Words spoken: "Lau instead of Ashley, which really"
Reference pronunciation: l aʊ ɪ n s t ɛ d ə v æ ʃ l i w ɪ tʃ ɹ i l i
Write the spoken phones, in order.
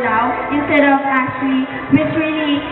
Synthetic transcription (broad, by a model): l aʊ ɪ n s t ɛ d ə v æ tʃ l i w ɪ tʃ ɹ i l i